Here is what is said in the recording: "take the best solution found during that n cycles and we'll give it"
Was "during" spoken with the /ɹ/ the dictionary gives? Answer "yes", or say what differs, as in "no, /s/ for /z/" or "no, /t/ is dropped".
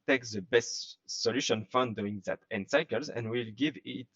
no, /ɹ/ is dropped